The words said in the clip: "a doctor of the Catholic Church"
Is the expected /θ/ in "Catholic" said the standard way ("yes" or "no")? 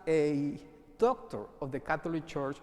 no